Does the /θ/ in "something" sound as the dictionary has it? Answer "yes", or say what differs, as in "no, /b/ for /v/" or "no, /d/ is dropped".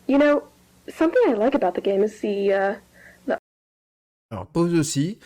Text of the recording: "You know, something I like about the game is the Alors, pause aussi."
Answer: yes